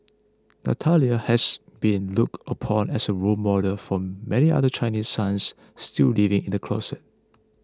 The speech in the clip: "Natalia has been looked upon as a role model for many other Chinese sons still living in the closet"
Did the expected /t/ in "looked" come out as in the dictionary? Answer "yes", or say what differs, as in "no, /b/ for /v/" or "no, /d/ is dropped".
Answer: yes